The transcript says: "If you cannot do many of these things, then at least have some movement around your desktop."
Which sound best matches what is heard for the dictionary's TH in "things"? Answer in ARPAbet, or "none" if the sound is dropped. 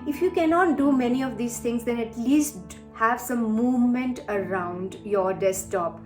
T